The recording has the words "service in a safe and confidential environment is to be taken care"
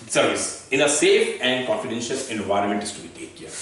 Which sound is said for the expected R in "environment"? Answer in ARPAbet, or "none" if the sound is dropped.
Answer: R